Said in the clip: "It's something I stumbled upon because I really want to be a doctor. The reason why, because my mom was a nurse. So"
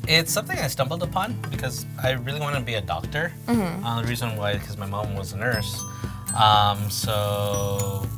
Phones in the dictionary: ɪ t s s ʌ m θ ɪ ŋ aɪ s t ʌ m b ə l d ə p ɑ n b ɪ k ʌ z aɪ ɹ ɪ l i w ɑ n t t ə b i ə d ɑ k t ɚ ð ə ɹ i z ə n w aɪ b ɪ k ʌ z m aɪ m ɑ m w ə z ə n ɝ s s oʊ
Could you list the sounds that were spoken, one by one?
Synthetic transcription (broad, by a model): ɪ t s s ʌ m θ ɪ ŋ aɪ s t ʌ m b l d ə p ɑ n b ɪ k ʌ z aɪ ɹ ɪ l i w ɑ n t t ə b i ə d ɑ k t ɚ ð ə ɹ i z ə n w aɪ ɪ k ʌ z m aɪ m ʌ m w ə z ə n ɝ s s oʊ